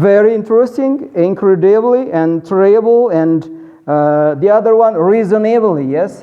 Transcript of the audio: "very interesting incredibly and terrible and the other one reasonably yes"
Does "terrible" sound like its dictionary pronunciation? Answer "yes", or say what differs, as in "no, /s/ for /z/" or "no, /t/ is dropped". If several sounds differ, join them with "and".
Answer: no, /ɹ/ is dropped